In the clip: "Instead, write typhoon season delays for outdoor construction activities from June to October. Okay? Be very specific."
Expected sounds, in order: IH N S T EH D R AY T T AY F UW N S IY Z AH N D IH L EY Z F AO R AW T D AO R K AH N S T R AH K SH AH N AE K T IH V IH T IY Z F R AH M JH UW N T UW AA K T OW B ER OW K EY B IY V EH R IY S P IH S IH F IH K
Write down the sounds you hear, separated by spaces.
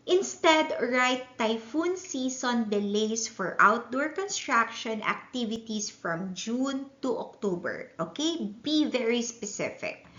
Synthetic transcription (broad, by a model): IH N S T EH D R AY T T AY F UW N S IY S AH N D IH L EY S F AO R AW T D AO R K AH N S T R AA K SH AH N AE K T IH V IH T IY S F R AH M JH UW N T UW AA K T OW B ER OW K EY B IY V EH R IY S P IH S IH F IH K